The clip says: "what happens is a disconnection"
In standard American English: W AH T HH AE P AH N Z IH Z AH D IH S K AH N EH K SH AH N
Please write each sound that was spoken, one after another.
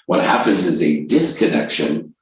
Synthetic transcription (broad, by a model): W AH T HH AE P AH N Z IH Z AH D IH S K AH N EH K SH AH N